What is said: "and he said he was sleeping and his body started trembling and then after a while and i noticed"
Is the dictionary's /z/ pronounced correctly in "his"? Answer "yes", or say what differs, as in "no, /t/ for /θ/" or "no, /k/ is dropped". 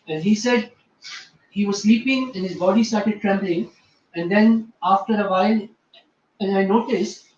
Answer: yes